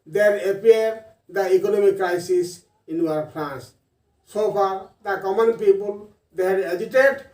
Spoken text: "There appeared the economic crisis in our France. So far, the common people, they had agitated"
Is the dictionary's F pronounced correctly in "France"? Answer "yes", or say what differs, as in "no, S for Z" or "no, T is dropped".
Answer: no, P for F